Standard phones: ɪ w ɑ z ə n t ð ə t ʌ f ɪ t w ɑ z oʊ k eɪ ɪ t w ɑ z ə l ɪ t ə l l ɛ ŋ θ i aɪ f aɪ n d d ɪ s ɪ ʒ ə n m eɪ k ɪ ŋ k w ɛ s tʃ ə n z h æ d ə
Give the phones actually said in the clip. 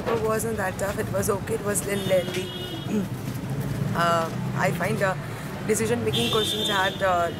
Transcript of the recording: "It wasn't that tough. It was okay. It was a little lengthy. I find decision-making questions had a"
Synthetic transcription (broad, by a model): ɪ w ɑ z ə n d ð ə t ʌ f ɪ t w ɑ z oʊ k eɪ ɪ t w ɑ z l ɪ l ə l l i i aɪ f aɪ n d d ɪ s ɪ ʒ ə n m eɪ k ɪ ŋ k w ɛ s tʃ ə n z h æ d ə